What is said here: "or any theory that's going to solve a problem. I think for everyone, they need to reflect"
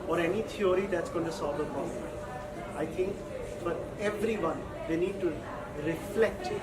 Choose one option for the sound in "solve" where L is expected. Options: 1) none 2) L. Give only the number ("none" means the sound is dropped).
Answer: 1